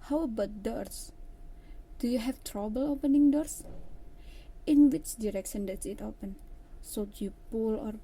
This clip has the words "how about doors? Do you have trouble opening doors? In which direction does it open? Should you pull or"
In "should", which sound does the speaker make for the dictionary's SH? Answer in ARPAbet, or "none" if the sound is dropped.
S